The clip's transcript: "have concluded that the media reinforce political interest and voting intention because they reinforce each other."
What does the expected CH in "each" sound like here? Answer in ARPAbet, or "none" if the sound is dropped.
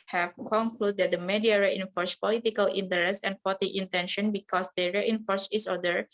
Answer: S